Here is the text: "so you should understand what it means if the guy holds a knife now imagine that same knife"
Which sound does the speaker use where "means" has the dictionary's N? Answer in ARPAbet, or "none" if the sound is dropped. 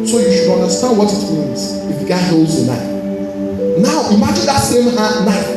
N